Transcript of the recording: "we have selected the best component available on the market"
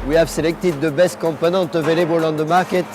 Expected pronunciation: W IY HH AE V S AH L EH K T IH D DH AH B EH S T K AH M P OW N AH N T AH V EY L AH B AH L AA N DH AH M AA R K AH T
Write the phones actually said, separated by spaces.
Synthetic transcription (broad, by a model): W IY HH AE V S AH L EH K T IH D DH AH B EH S T K AH M P OW N AH N T AH V EY L AH B AH L AA N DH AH M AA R K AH T